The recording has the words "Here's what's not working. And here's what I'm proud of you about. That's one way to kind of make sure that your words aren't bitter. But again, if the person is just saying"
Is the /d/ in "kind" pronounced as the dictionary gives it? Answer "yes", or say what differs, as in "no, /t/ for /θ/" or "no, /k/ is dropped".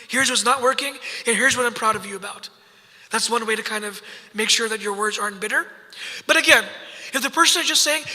yes